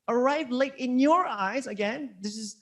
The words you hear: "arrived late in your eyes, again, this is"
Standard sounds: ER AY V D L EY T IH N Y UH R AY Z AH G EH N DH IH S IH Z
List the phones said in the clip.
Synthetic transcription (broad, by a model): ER AY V L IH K IH N Y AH R AY Z AH G EH N DH IH S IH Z